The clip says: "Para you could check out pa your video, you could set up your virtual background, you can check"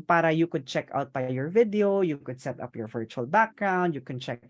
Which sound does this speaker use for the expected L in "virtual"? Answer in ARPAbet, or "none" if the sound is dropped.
L